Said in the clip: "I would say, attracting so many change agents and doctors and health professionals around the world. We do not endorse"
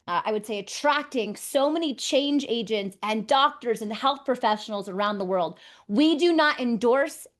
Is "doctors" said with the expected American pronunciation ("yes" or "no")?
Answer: yes